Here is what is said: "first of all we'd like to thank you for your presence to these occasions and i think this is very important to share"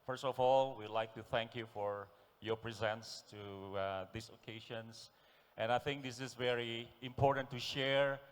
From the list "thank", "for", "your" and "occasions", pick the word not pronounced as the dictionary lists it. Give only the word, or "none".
occasions